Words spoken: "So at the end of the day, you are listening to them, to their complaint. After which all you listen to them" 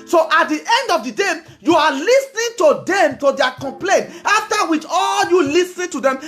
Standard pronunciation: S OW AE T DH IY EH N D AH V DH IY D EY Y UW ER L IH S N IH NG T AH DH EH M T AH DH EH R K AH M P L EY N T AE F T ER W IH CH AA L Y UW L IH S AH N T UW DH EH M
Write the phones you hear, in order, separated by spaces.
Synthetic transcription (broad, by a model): S OW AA T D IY EH N D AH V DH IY D EY Y UW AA L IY S N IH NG T AH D EH M T AH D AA K AH M P L EY N T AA F T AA W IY CH AA L Y UW L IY S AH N T UW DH EH M